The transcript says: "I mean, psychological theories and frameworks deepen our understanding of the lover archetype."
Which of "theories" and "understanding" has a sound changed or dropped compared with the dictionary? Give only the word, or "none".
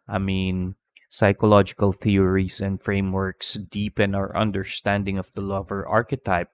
theories